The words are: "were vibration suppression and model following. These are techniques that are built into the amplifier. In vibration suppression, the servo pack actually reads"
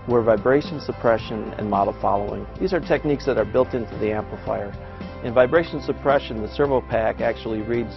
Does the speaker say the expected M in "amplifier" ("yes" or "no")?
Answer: yes